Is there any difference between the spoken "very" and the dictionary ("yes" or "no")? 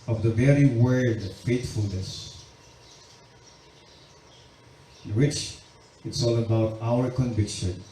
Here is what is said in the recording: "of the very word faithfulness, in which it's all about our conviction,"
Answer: no